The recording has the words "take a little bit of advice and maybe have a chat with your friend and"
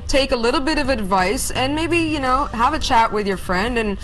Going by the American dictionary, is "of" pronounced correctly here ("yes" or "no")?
yes